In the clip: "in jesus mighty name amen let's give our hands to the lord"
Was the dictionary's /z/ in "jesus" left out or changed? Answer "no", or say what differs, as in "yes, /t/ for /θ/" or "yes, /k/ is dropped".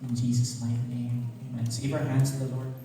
no